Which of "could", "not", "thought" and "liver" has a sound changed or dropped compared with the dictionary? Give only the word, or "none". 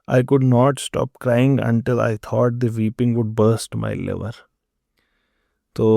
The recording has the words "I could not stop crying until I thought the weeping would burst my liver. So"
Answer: thought